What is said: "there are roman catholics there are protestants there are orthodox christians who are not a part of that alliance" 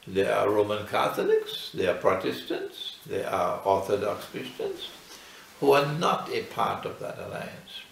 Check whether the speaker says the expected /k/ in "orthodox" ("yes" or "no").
yes